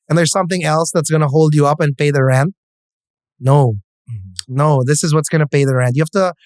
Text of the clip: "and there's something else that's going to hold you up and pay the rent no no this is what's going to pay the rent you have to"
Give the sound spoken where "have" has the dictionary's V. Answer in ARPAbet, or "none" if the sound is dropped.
F